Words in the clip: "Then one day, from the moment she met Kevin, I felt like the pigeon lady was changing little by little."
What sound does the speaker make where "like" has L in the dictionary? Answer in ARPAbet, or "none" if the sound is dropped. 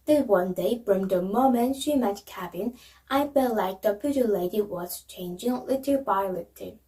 L